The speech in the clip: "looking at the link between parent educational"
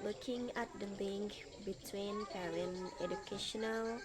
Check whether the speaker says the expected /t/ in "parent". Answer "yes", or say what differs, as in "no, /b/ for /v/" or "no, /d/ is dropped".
no, /t/ is dropped